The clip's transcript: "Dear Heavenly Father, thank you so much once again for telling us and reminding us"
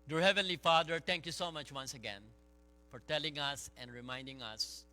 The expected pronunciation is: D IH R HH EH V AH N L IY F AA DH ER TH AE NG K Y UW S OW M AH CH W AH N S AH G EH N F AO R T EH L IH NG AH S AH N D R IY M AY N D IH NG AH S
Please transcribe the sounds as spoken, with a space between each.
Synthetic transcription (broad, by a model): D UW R HH EH V AH N L IY F AA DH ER T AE NG K Y UW S OW M AH CH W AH N S AH G EH N F AO R T EH L IH NG AH S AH N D R IY M AY N D IH NG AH S